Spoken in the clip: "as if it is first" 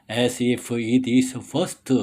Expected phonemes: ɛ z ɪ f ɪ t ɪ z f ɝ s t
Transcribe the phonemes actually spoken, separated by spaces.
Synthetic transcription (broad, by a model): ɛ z ɪ f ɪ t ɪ s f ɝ s t